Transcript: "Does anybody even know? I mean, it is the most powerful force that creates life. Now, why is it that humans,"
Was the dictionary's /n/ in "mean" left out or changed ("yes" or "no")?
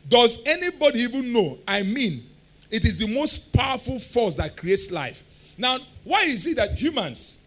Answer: no